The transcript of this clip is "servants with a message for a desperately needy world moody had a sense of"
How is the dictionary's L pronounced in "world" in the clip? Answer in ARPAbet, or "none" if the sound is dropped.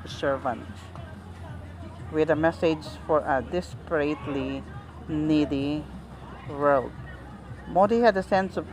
none